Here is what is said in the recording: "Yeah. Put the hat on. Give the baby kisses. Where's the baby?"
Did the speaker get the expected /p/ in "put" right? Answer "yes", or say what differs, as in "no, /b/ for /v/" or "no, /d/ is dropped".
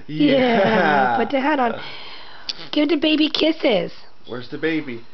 no, /b/ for /p/